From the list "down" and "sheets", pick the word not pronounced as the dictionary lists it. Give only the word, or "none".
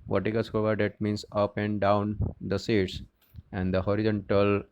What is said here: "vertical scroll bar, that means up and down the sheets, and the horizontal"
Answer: sheets